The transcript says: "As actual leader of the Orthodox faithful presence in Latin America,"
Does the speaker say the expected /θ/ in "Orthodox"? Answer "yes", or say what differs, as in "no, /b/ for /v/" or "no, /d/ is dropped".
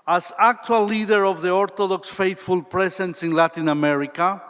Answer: no, /t/ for /θ/